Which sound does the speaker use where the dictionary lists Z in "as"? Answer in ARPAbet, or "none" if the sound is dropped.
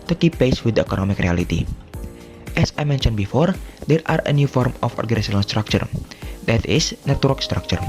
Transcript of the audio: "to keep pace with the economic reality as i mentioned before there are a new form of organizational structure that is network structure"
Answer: S